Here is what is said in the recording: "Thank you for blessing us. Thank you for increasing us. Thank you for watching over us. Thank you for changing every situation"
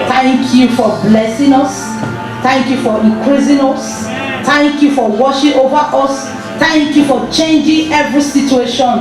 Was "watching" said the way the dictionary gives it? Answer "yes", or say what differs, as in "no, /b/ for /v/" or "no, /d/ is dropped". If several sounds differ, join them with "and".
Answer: no, /ʃ/ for /tʃ/